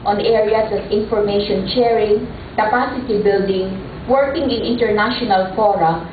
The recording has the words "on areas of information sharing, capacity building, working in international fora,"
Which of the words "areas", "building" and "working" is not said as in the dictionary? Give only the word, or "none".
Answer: areas